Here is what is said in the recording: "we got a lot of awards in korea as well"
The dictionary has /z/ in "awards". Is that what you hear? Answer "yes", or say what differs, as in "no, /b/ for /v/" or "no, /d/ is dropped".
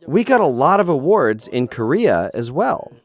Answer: yes